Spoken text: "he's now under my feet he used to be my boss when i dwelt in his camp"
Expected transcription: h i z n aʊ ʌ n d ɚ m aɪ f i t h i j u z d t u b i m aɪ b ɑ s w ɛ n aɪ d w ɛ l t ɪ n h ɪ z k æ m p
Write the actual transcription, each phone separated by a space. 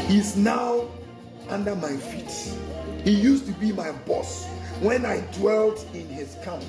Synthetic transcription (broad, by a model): h i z n aʊ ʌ n d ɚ m aɪ f i t h i j u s t u b i m aɪ b ɑ s w ɛ n aɪ d w ɛ l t ɪ n h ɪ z k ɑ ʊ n